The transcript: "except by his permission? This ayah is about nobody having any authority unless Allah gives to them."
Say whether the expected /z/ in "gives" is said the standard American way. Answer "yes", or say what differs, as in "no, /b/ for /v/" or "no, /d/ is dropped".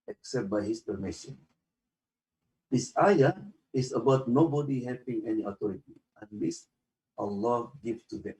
no, /z/ is dropped